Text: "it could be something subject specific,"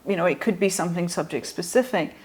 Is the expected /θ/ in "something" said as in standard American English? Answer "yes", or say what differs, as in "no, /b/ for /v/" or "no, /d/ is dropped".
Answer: yes